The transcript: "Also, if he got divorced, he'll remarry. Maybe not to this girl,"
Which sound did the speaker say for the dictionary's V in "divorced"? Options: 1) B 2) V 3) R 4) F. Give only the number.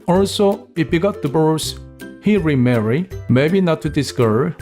1